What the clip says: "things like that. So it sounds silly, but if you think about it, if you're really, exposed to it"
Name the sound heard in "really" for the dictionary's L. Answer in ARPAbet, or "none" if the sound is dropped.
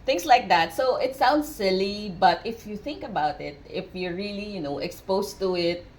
N